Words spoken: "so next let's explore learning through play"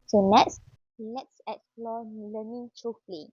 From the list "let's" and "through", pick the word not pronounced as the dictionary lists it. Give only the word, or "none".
through